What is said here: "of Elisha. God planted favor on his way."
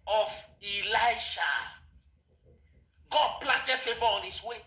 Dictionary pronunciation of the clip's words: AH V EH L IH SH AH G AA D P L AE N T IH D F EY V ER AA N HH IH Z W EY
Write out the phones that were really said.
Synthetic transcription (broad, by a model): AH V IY L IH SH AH G AA D P L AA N T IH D F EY V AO AA N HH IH S W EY